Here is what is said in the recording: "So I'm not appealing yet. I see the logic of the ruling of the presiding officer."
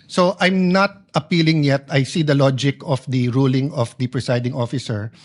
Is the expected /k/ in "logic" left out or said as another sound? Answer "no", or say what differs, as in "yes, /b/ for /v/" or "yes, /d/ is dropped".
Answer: no